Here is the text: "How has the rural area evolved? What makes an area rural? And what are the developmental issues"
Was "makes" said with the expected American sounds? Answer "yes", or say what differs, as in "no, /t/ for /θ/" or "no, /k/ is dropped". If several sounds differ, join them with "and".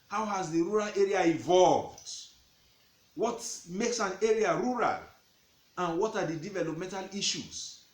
yes